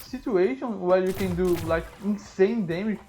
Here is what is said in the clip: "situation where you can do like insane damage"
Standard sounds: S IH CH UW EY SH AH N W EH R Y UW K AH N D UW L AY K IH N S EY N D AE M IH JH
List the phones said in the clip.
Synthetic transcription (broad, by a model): S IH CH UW EY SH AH N W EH L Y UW K AH N D UW L AY K IH N S EY N D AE M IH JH